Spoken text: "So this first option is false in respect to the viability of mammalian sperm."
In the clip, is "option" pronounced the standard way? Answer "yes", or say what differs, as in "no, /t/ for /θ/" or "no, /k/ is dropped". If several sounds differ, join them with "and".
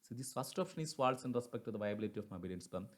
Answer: no, /f/ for /p/